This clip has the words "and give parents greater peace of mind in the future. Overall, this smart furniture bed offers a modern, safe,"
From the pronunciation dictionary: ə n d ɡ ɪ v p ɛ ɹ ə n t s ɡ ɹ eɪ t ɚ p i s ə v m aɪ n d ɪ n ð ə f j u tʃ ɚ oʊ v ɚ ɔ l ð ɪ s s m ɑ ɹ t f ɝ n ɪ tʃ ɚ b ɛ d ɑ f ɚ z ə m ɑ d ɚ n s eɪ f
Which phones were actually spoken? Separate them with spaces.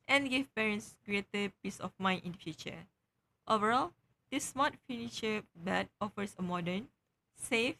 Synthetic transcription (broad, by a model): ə n ɡ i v p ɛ ɹ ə n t s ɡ ɹ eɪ t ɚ p i s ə f m aɪ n ɪ n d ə f j u tʃ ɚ oʊ v ɚ ɔ l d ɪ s s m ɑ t f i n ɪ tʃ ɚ b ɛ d ɑ f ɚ s ə m ɑ d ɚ n s eɪ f